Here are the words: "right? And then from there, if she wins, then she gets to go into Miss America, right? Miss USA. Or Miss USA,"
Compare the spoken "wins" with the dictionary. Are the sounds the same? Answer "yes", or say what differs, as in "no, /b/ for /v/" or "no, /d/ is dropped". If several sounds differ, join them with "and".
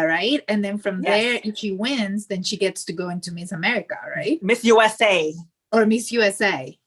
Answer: yes